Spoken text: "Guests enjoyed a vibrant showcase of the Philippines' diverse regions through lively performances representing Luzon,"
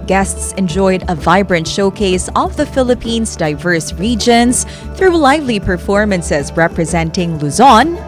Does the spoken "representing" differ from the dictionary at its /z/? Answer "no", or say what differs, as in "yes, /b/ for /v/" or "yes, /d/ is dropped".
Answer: no